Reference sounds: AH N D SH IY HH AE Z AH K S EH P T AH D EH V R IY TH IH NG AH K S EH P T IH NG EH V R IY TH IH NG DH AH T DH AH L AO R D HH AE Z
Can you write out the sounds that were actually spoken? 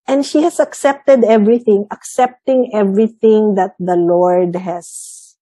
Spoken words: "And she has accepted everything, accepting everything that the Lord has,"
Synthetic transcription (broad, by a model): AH N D SH IY HH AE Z AH K S EH P T AH D EH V R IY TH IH NG AH K S EH P T IH NG EH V R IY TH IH NG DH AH T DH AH L AO R D HH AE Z